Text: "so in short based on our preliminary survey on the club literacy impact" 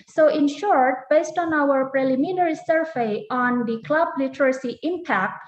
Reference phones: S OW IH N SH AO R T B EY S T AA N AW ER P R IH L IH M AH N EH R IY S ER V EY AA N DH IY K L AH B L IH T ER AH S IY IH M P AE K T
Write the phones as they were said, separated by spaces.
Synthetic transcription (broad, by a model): S OW IH N SH AO R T B EY S T AA N AW ER P R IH L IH M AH N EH R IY S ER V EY AA N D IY K L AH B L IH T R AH S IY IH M P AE K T